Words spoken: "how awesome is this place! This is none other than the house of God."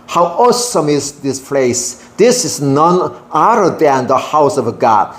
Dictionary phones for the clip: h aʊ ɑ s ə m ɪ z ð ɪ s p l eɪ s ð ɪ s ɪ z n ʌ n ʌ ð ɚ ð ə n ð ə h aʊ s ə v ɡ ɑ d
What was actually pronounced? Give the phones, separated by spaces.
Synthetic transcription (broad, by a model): h aʊ ɑ s ə m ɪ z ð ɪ s p l eɪ s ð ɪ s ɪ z n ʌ n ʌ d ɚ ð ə n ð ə h aʊ s ə v ɡ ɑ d